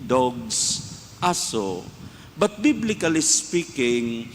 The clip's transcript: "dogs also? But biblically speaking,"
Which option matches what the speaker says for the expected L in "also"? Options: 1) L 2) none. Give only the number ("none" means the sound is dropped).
2